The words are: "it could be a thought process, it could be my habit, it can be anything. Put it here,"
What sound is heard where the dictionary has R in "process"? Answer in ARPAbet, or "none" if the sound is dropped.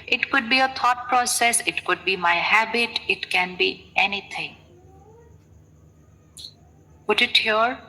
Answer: R